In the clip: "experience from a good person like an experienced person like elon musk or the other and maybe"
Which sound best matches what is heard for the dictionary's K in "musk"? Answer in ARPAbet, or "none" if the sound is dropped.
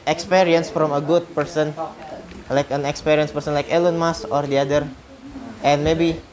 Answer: none